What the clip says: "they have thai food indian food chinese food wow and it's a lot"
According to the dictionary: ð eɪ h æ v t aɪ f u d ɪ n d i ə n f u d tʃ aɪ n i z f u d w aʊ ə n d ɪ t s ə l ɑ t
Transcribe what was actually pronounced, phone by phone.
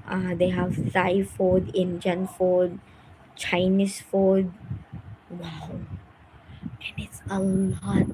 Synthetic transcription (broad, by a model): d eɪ h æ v s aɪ f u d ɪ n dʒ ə n f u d tʃ aɪ n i s f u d w aʊ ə n ɪ t s ə l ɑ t